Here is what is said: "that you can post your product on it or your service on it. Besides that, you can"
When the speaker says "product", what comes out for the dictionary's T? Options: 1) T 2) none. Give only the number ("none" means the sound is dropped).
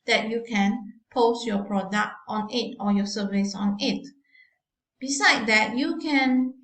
1